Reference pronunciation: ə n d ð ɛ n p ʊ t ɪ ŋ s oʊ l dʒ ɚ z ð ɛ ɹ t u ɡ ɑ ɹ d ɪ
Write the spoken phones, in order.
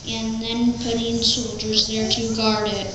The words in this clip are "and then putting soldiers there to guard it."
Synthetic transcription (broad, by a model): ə n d ð ɛ n p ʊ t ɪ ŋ s oʊ l dʒ ɚ z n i ɹ t u ɡ ɑ ɹ d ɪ